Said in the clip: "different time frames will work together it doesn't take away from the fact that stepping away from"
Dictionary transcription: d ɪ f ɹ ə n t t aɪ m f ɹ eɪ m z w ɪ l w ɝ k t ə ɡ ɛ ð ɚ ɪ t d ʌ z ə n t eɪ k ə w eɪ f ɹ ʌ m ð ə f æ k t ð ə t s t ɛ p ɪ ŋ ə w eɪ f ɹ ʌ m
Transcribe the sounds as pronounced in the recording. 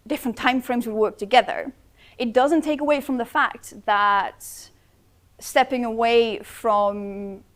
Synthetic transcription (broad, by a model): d ɪ f ɹ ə n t t aɪ m f ɹ eɪ m z w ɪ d w ɝ k t ə ɡ ɛ ð ɚ ɪ t d ʌ z ə n t eɪ k ə w eɪ f ɹ ʌ m ð ə f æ k t ð ə t s t ɛ p ɪ ŋ ə w eɪ f ɹ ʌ m